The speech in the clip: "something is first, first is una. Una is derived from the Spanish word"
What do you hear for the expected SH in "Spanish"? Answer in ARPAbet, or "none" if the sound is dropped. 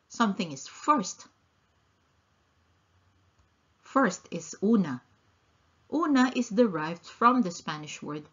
SH